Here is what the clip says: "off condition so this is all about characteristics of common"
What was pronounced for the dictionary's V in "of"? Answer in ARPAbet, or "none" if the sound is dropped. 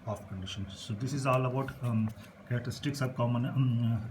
B